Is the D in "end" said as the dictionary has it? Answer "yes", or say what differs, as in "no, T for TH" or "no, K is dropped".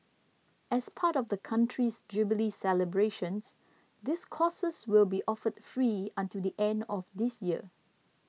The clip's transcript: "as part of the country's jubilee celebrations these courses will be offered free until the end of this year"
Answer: yes